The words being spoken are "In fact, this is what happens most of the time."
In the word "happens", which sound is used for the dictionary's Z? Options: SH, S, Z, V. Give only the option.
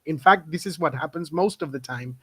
Z